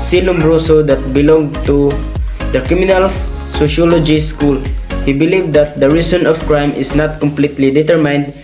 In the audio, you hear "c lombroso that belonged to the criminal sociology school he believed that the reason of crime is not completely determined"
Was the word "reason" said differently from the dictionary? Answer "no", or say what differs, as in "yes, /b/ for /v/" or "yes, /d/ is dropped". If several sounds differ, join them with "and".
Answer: yes, /s/ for /z/